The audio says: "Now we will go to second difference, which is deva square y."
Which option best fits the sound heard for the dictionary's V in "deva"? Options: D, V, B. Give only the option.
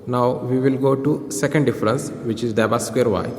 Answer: B